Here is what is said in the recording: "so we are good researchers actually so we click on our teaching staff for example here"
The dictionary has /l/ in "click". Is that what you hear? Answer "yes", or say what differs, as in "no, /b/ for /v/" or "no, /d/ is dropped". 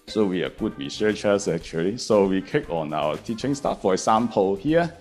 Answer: no, /l/ is dropped